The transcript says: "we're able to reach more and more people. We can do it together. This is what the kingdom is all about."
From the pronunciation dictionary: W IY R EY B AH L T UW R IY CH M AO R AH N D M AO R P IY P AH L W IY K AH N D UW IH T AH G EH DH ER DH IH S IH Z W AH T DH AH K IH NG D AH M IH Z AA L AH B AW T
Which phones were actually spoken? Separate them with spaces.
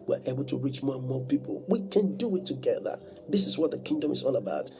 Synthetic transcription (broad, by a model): W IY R EY B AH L T UW R IY CH M AO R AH N M AO P IY P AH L W IY K AH N D UW IH T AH G EH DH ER DH IH S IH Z W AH T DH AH K IH NG D AH M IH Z AA L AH B AW T